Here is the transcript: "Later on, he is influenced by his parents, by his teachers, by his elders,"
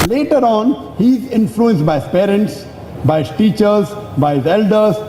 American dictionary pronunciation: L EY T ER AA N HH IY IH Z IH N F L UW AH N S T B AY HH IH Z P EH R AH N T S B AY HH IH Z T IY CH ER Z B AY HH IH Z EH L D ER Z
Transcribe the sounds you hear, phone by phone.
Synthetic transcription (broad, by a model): L EY T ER AA N HH IY IH Z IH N F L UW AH N S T B AY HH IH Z P EH R AH N T S B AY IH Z T IY CH ER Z B AY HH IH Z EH L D ER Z